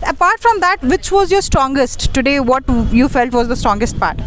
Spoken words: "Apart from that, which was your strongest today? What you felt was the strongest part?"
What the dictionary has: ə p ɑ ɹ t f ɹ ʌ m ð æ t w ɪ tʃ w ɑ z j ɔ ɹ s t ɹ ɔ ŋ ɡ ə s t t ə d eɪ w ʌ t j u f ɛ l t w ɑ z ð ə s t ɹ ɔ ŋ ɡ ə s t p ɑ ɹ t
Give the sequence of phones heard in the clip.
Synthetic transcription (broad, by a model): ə p ɑ ɹ t f ɹ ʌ m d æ t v ɪ tʃ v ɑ z j ɔ ɹ s t ɹ ɔ ŋ ɡ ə s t t ə d eɪ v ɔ t j u f ɛ l t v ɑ z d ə s t ɹ ɔ ŋ ɡ ə s t p ɑ ɹ t